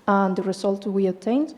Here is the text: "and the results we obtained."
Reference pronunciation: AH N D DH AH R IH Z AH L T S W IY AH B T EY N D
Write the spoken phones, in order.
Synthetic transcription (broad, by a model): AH N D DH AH R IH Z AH L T W IY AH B T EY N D